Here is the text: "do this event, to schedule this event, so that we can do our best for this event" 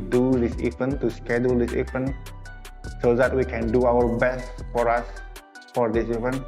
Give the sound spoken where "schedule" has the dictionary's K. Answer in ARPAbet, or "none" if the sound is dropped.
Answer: K